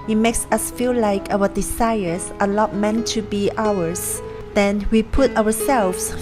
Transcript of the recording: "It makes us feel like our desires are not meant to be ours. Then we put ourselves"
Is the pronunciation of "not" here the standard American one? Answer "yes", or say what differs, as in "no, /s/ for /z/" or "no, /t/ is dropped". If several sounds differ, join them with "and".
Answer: no, /l/ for /n/